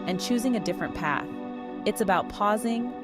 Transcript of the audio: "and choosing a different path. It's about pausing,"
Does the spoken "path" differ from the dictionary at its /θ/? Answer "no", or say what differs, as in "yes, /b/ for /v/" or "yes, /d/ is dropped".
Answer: no